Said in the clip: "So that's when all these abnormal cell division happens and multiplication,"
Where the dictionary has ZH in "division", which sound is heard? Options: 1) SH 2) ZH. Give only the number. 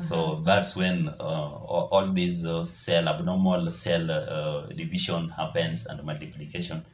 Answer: 1